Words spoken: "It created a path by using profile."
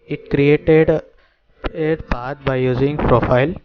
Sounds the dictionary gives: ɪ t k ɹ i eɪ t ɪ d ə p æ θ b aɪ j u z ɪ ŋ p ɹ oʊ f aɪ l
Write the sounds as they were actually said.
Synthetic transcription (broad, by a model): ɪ t k ɹ i eɪ t ɪ d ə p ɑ t b aɪ j u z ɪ ŋ p ɹ oʊ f aɪ l